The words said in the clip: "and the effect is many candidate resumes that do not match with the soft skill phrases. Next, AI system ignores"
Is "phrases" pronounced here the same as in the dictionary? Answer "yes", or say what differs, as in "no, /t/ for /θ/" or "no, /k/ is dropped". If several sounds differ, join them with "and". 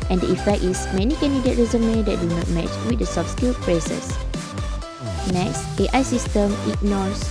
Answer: no, /p/ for /f/ and /s/ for /z/ and /s/ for /z/